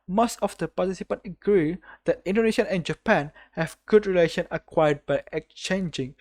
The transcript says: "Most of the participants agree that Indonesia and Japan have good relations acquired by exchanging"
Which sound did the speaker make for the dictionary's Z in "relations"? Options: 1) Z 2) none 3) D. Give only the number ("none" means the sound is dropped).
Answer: 2